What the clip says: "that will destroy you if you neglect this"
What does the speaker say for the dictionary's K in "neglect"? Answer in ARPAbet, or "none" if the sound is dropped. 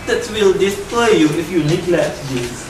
none